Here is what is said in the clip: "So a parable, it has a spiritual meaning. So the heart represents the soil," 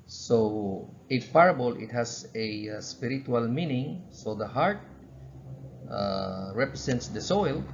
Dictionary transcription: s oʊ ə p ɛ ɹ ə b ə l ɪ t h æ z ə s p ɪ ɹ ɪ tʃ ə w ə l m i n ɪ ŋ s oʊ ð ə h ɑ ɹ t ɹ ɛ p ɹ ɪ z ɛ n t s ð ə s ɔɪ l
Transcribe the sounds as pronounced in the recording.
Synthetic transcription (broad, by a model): s oʊ ə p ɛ ɹ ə b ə l ɪ t h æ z ə s p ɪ ɹ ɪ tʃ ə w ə l m i n ɪ ŋ s oʊ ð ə h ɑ ɹ t ɹ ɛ p ɹ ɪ s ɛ n t s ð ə s ɔɪ l